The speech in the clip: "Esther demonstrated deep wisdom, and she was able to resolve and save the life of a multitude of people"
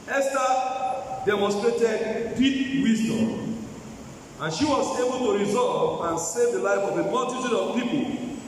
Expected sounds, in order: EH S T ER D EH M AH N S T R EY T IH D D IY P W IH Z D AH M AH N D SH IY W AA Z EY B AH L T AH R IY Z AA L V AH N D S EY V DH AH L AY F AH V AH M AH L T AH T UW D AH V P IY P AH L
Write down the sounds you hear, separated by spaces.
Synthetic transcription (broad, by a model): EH S T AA D EH M AH N S T R EY T IH D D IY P W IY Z D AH M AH N SH IY W AA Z EY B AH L T AH R IY Z AA L V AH N S EY V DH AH L AY F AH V AH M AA N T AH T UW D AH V P IY P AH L